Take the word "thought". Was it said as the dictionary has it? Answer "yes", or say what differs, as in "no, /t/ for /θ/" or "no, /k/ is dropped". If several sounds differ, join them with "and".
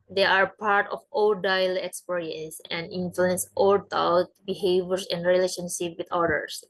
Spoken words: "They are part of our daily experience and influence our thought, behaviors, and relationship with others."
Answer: no, /t/ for /θ/